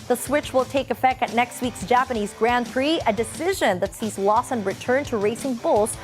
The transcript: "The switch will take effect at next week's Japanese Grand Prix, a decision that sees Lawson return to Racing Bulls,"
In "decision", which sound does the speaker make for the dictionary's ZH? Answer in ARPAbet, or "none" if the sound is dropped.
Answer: ZH